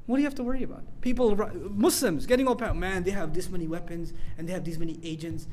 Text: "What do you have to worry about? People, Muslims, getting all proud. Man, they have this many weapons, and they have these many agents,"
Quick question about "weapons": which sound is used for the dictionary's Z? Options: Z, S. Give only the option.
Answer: Z